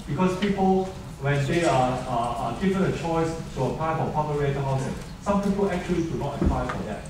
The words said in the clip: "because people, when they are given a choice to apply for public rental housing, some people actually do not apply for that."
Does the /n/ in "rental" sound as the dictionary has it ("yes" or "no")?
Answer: no